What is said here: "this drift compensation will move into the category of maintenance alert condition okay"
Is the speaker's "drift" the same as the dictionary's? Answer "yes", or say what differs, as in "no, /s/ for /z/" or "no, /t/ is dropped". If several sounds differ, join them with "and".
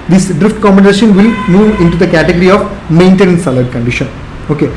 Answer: yes